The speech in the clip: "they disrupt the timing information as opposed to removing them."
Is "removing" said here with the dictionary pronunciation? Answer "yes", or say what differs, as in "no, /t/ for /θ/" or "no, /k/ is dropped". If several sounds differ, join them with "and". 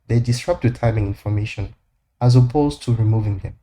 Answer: yes